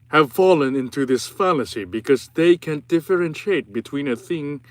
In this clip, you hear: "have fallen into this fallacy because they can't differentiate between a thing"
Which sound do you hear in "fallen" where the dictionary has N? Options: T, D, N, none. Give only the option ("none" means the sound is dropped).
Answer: N